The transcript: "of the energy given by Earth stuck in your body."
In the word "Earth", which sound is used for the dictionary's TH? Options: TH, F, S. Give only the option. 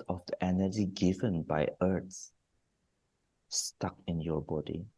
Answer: S